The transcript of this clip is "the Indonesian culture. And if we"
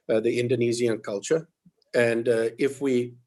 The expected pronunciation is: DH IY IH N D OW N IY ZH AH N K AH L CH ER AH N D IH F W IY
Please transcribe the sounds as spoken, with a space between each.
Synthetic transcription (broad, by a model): DH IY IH N D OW N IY Z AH N K AH L CH ER AH N D IH F W IY